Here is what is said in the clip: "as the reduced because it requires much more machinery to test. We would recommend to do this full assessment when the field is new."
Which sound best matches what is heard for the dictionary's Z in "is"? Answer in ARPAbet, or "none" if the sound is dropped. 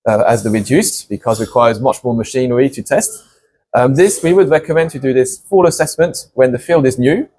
Z